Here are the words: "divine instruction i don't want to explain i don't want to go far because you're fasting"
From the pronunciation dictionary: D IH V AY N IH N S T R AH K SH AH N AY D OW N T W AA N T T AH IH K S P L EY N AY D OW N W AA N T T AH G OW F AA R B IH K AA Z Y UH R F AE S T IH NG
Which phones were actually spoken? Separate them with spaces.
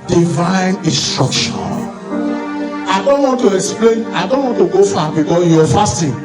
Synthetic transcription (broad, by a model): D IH V AY N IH N S T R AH K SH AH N AY D OW N T W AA N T T AH IH K S P L EY N AY D OW N W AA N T T AH G OW F AA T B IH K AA Y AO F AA S T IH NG